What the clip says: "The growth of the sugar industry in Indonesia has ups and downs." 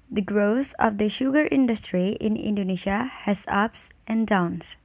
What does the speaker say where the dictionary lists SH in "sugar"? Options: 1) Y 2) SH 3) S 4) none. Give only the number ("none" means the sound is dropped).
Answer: 2